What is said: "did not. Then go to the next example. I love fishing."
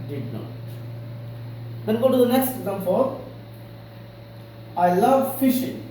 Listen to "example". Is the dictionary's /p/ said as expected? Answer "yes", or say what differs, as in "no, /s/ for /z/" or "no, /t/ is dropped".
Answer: no, /f/ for /p/